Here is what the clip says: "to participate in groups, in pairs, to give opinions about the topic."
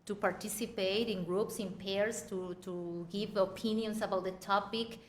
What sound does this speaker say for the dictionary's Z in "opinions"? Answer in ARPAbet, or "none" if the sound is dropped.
S